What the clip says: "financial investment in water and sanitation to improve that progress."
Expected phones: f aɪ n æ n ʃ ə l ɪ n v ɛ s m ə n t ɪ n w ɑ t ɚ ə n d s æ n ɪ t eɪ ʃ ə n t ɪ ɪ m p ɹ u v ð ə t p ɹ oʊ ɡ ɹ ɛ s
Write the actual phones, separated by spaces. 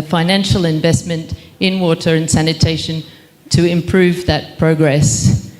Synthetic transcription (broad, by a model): f aɪ n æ n ʃ l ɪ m v ɛ s m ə n t ɪ n w ɑ t ɚ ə n s æ n ɪ t eɪ ʃ ə n t ɪ ɪ m p ɹ u v ð ə t p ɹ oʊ ɡ ɹ ɛ s